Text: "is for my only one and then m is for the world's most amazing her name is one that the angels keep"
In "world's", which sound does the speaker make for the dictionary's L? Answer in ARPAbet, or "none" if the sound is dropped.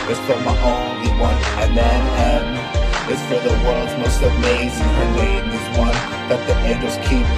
none